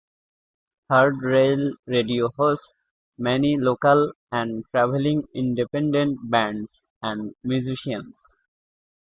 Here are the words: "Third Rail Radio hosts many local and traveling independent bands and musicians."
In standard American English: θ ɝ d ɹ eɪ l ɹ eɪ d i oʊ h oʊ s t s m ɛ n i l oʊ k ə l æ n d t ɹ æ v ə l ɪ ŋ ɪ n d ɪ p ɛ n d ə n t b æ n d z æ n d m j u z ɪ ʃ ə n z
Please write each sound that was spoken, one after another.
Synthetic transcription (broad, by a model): t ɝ d ɹ eɪ l ɹ eɪ d i oʊ h oʊ s t s m ɛ n i l oʊ k ə l æ n d t ɹ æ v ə l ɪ ŋ ɪ n d ɪ p ɛ n d ə n t b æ n d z æ n d m j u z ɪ ʃ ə n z